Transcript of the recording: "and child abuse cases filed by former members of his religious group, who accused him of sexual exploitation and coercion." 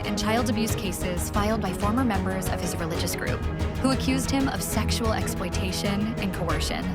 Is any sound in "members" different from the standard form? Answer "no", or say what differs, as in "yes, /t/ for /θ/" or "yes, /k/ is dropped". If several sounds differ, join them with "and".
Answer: no